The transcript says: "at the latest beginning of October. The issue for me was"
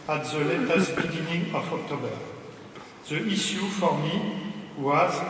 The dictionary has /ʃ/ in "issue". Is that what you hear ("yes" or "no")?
no